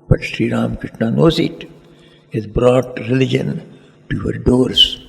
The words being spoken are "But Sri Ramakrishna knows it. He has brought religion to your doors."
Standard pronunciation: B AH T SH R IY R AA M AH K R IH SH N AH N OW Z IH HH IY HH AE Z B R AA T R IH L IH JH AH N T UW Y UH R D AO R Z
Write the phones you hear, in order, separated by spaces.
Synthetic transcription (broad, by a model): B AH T SH R IY R AA M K R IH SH N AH N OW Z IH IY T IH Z B R AA T R IH L IH JH AH N T UW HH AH R D AO R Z